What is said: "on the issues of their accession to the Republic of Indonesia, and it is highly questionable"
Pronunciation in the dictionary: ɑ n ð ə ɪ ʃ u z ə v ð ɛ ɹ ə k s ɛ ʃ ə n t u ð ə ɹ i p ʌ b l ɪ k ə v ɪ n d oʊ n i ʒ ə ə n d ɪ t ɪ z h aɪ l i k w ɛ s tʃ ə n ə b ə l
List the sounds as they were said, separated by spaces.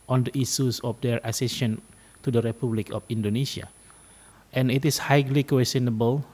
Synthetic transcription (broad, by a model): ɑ n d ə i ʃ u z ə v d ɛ ɹ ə s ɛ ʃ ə n t u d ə ɹ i p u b l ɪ k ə f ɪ n d oʊ n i s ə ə n ɪ t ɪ s h aɪ l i k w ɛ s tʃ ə n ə b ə l